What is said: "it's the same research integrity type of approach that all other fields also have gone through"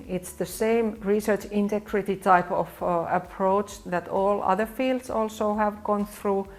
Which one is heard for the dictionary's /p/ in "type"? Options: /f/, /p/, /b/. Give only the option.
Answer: /p/